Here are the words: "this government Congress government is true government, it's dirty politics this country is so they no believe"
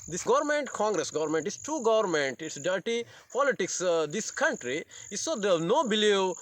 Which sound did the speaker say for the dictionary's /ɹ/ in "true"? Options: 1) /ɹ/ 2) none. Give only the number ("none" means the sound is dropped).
2